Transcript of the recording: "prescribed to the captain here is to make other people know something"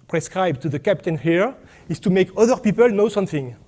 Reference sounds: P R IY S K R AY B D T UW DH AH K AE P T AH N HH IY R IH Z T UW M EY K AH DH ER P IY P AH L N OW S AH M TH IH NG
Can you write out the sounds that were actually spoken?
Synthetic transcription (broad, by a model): P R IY S K R AY B T UW DH AH K AE P T AH N HH IY R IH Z T UW M EY K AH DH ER P IY P AH L N OW S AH M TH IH NG